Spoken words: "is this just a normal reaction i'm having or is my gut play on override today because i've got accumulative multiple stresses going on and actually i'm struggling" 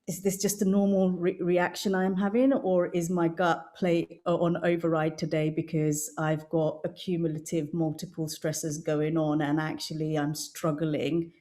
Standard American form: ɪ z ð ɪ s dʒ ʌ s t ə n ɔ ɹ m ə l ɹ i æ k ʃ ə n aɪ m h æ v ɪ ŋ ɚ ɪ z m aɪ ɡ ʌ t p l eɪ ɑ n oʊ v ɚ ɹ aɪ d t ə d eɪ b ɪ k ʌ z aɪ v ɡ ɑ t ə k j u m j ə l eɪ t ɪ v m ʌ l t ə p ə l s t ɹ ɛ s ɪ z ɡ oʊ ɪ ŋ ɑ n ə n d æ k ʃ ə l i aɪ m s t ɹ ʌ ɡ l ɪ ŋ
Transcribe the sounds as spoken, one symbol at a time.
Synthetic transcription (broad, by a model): ɪ z ð ɪ s dʒ ʌ s t ə n ɔ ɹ m ə l ɹ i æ k ʃ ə n aɪ m h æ v ɪ ŋ ɚ ɪ z m aɪ ɡ ʌ t p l eɪ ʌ n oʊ v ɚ ɹ aɪ d t ə d eɪ b ɪ k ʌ z aɪ v ɡ ɑ t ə k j u m j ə l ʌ t ɪ v m ʌ l t ə p ə l s t ɹ ɛ s ɪ z ɡ oʊ ɪ ŋ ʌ n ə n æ k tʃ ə l i aɪ m s t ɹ ʌ ɡ l ɪ ŋ